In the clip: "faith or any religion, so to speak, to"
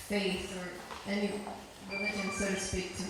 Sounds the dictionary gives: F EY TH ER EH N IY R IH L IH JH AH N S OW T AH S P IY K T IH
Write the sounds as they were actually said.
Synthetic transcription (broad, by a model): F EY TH ER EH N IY W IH IH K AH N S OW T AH S P IY K T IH